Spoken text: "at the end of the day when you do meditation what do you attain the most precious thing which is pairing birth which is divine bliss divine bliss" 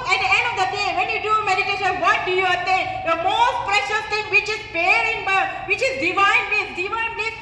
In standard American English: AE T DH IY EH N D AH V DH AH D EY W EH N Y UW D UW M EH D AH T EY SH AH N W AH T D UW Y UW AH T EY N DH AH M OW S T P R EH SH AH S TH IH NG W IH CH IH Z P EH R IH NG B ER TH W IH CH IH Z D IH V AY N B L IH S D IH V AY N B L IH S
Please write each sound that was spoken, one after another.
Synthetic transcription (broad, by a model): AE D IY EH N D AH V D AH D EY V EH N Y UW D UW M EH D AH T EY SH AH N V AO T D UW Y UW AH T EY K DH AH M OW S T P R EH SH AH S T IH NG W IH CH IH Z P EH R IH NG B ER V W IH CH IH Z D IH V AY N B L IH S D IH V AY N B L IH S